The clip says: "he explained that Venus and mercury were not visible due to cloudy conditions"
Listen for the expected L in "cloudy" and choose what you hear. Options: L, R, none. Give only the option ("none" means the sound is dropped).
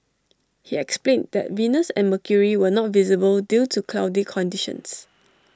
L